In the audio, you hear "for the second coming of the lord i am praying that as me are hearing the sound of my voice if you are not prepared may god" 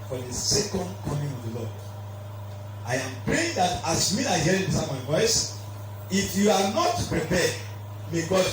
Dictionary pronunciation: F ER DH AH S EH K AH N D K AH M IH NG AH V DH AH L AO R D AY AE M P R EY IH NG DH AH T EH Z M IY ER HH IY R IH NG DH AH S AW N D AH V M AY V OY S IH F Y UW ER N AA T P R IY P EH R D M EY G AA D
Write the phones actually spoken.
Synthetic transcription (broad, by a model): F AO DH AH S EH K AH N D K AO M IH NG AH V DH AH L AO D AY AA M P R EY IH NG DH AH T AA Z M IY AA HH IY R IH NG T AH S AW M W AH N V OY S IH F Y UW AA N AA T P R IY P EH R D M EY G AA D